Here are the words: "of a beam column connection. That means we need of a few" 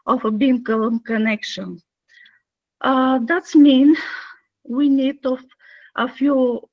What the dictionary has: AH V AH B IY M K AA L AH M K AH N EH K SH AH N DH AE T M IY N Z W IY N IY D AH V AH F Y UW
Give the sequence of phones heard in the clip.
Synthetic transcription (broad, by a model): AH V AH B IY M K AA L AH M K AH N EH K SH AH N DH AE T M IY N W IY N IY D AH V AH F Y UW